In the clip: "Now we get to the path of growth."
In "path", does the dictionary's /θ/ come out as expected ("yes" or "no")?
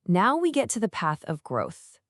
yes